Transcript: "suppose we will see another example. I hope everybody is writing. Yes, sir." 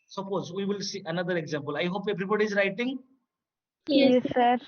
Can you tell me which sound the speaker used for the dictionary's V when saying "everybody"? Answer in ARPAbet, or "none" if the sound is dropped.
B